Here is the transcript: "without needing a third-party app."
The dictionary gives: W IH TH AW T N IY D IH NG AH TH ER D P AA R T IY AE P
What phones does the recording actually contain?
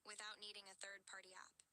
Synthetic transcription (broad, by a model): W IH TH AW T N IY D IH NG AH TH ER D P AA R T IY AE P